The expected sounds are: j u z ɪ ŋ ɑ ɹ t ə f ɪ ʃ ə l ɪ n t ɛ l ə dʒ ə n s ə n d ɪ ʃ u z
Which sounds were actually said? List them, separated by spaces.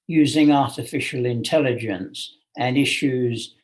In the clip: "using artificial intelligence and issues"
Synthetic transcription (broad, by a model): j u z ɪ ŋ ɑ ɹ t ə f ɪ ʃ ə l ɪ n t ɛ l ə dʒ ə n s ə n ɪ ʃ u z